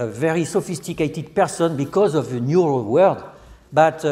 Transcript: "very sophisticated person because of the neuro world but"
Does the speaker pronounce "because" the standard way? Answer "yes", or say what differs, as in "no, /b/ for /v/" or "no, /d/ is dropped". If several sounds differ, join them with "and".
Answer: yes